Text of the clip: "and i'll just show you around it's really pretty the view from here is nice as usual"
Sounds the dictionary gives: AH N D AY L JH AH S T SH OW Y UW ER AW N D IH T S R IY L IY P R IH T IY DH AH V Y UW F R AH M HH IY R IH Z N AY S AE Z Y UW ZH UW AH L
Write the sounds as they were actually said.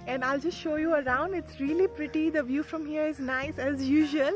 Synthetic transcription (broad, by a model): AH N D AY L JH AH S T SH OW Y UW ER AW N D IH T S R IY L IY P R IH T IY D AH V Y UW F R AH M HH IY R IH Z N AY S AE Z Y UW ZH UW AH L